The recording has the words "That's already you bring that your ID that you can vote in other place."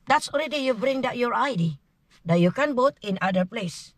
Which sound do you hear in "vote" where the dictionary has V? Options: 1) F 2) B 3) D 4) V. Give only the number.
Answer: 2